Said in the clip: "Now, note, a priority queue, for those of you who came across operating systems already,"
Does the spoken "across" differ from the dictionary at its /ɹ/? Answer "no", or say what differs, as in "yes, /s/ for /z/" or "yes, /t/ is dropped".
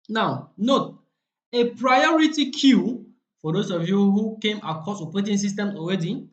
yes, /ɹ/ is dropped